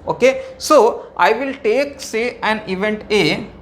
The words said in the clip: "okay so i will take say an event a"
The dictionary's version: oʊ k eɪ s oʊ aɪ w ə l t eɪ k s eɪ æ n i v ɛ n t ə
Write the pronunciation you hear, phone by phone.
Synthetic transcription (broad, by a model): oʊ k eɪ s oʊ aɪ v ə l t eɪ k s eɪ æ n i v ɛ n t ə